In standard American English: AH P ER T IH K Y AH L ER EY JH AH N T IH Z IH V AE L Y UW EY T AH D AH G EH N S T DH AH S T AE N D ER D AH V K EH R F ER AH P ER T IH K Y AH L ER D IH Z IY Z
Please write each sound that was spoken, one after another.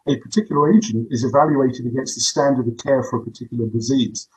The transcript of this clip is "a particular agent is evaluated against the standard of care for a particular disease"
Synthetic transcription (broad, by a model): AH P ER T IH K Y L ER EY JH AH N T IH Z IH V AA L Y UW EY T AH D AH G EH N S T DH AH S T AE N D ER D AH V K EH R F ER AH P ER T IH K Y L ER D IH Z IY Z